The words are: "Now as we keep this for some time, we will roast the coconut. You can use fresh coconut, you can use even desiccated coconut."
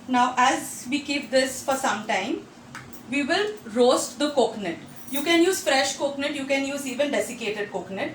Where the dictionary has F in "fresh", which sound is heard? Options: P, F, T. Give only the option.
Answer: F